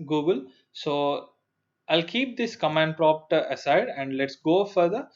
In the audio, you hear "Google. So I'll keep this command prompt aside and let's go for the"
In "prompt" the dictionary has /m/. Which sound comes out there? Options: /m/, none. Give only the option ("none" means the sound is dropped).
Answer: none